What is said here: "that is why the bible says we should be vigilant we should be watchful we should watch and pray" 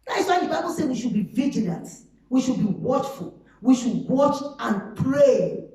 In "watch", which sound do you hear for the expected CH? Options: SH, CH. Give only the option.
CH